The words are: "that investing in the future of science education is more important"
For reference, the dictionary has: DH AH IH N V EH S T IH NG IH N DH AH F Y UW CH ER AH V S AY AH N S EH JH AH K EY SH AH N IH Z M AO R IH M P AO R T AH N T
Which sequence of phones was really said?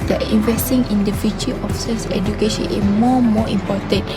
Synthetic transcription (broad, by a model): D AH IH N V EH S T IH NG IH N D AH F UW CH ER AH F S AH S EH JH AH K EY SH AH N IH S M AO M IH M P AO T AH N